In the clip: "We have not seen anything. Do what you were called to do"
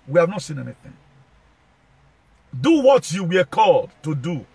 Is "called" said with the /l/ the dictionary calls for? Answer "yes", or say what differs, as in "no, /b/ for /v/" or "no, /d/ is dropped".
yes